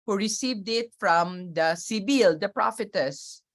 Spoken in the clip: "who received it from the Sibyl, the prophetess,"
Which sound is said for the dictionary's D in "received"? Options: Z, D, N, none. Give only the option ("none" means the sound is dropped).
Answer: D